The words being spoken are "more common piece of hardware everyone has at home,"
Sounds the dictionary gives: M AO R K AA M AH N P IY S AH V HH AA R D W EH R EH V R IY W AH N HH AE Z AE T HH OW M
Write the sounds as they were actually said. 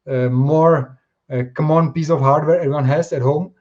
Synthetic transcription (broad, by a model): M AO R K AA M AH N P IY S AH F HH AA R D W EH R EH R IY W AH N HH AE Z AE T HH OW M